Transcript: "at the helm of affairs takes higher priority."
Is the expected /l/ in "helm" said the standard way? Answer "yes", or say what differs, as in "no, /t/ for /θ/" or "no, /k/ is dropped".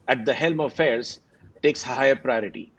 yes